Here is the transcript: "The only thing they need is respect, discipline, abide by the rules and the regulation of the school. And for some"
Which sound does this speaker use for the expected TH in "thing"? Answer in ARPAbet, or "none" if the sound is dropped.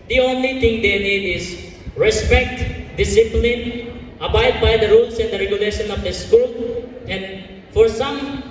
T